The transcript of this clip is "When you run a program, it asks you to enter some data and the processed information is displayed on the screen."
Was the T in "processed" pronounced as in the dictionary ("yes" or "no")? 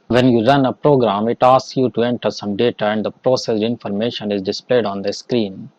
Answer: no